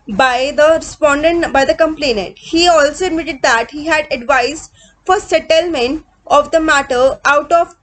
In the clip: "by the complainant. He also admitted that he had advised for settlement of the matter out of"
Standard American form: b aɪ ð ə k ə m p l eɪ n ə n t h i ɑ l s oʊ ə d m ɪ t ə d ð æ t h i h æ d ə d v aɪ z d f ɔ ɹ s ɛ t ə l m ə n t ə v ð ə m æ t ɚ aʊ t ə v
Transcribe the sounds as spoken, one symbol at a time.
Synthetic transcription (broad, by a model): b aɪ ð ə k ə m p l eɪ n ə n t h i ɑ l s oʊ ə d m ɪ t ə d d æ t h i h æ d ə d v aɪ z f ɔ ɹ s ɛ t ə l m ə n t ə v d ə m æ t ɚ aʊ t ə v